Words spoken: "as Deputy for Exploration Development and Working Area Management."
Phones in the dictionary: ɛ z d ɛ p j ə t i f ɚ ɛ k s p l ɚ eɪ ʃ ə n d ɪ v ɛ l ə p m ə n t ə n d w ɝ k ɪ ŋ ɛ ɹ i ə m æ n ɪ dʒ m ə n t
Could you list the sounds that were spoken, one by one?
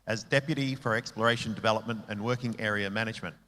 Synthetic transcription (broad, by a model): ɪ z d ɛ p j ə t i f ɚ ɛ k s p l ɚ eɪ ʃ ə n d ɪ v ɛ l ə p m ə n t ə n w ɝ k ɪ ŋ ɛ ɹ i ə m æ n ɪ dʒ m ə n t